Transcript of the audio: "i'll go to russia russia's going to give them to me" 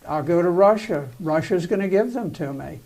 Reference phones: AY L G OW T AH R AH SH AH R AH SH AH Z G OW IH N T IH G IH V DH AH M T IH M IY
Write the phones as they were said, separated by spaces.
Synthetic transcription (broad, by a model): AY L G OW T AH R AH SH AH R AH SH AH Z G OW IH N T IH G IH V DH AH M T IH M IY